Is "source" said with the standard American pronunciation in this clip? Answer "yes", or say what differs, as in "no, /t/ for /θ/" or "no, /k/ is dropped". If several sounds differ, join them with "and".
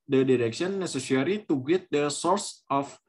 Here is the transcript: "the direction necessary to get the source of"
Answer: yes